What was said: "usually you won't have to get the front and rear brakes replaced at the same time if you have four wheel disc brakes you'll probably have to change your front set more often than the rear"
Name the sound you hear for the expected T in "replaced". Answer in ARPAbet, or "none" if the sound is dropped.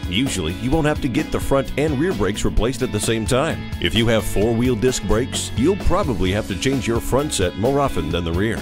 T